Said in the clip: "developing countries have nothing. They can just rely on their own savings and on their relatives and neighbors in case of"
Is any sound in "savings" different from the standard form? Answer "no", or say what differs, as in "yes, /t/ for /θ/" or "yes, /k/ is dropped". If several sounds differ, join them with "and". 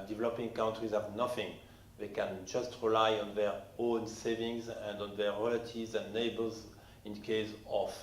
no